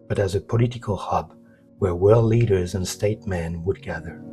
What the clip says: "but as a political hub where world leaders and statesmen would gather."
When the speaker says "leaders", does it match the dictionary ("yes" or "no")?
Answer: yes